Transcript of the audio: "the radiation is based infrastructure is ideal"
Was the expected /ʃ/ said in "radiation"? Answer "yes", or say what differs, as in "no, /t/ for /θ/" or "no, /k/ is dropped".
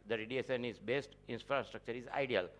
no, /s/ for /ʃ/